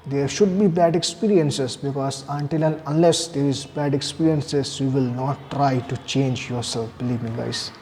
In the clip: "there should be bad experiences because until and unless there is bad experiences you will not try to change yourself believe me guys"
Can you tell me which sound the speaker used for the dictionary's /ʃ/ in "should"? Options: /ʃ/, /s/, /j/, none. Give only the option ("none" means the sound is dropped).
/ʃ/